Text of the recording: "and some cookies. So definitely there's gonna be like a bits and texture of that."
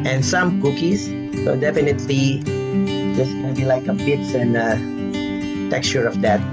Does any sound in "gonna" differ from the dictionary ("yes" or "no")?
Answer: yes